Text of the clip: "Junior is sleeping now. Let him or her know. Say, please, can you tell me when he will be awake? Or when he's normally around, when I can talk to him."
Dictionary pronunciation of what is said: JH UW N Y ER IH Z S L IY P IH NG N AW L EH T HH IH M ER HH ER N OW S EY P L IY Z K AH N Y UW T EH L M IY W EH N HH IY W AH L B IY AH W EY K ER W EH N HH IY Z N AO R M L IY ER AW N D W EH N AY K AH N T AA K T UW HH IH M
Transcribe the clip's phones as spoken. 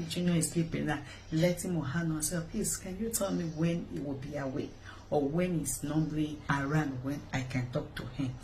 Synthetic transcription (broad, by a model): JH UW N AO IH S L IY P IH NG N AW L EH T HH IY M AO HH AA N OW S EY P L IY S K AH N Y UW T EH L M IY W EH N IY W AH L B IY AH W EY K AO W EH N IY S N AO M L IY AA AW N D W EH N AY K AH N T AA K T UW HH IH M